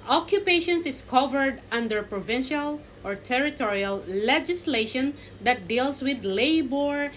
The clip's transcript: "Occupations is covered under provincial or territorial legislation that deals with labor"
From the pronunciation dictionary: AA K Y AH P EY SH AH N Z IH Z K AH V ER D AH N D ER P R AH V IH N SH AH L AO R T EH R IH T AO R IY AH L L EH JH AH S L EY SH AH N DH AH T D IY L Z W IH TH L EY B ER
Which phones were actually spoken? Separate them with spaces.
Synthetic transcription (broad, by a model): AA K Y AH P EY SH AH N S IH S K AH V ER D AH N D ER P R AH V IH N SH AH L AO R T EH R IH T AO R IY AH L L EH JH AH S L EY SH AH N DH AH T D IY L S W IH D L EY B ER